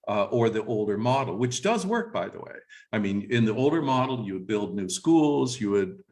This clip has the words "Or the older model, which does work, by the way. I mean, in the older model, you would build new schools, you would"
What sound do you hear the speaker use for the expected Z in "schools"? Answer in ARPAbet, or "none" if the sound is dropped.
Z